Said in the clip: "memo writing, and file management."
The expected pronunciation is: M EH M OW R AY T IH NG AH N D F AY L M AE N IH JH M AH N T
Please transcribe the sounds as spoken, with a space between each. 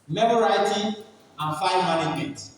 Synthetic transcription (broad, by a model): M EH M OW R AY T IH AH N F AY N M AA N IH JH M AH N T